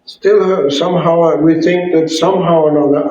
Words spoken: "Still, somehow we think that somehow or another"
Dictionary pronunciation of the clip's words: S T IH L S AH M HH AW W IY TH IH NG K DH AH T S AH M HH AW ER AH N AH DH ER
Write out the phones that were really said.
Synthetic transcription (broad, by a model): S T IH L S AH M HH AW W IY TH IH NG K DH AH T S AH M HH AW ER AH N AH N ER